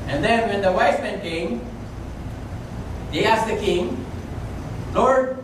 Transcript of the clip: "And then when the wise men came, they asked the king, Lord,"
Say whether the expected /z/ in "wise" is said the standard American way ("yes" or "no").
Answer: no